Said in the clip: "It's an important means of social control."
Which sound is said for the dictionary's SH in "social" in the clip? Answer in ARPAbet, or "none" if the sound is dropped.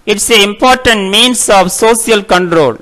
S